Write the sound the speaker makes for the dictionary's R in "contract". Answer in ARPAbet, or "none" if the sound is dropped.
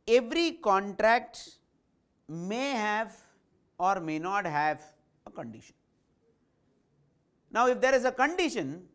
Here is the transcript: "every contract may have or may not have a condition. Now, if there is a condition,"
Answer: R